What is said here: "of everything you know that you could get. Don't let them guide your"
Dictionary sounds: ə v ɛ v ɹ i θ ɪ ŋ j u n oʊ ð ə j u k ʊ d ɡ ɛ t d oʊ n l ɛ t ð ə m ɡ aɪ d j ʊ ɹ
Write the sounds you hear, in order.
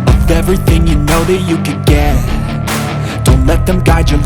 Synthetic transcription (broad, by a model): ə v ɛ v ɹ i θ ɪ ŋ j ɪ n oʊ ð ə j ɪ k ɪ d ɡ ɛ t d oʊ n l ɛ t ð ə m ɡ aɪ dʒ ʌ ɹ